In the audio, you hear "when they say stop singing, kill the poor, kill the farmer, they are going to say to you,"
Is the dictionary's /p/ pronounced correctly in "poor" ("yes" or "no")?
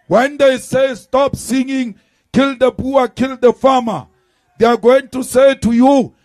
no